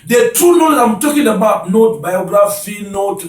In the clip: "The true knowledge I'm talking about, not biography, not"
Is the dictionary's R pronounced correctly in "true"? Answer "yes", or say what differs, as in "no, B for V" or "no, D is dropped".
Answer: no, R is dropped